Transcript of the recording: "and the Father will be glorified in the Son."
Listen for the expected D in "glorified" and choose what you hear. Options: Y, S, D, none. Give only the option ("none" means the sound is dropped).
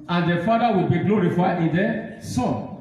none